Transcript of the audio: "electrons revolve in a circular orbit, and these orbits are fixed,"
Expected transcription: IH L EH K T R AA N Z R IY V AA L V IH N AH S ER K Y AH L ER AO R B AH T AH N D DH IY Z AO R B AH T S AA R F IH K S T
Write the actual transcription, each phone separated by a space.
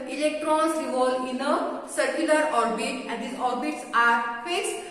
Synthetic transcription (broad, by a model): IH L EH K T R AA N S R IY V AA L IH N AH S ER K Y AH L ER AO R B AH T AH N D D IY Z AO R B AH T S AA R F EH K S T